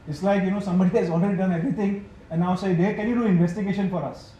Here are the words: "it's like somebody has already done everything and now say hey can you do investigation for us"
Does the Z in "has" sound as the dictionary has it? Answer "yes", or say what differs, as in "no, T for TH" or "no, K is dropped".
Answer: no, S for Z